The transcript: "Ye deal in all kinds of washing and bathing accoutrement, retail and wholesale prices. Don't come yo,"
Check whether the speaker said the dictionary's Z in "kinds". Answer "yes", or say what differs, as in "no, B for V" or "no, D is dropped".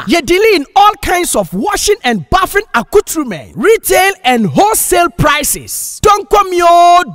no, S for Z